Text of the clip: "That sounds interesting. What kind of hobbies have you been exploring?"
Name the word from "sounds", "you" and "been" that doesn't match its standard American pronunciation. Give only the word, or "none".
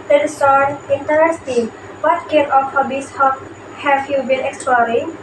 sounds